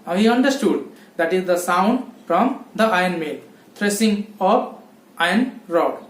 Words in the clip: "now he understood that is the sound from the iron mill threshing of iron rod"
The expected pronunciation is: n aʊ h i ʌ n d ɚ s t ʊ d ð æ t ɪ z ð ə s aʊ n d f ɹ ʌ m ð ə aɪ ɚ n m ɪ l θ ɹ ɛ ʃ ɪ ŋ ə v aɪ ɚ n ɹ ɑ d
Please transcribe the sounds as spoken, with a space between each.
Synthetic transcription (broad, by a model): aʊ h i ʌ n d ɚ s t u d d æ t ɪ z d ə s aʊ n d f ɹ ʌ m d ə aɪ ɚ n m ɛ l t ɹ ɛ s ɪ ŋ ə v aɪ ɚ n ɹ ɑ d